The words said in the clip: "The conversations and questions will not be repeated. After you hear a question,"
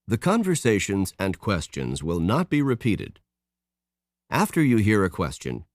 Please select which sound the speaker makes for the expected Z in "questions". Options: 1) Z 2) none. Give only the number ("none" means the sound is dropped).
1